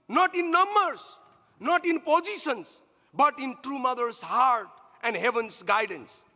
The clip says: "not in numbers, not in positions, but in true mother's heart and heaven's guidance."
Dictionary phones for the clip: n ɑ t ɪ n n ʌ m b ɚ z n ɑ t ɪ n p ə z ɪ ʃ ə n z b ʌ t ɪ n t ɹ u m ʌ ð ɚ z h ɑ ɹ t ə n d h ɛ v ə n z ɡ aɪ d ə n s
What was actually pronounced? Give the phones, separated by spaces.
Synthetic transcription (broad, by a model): n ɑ t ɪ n n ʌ m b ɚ s n ɑ t ɪ n p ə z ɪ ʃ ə n s b ʌ t ɪ n t ɹ u m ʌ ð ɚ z h ɑ ɹ t ə n d h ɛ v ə n s ɡ aɪ d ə n s